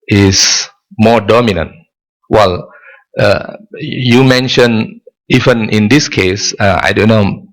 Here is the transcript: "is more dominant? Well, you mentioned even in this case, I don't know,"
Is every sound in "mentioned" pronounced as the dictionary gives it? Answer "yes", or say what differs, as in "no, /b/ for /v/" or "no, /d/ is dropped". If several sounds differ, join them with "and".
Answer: no, /d/ is dropped